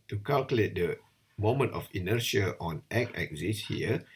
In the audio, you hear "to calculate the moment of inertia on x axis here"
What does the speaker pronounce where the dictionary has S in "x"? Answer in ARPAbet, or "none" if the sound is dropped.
none